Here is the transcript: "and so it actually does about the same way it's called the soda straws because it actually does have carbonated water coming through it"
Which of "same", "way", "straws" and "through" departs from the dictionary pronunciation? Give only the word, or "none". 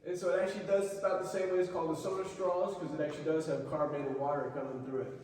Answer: none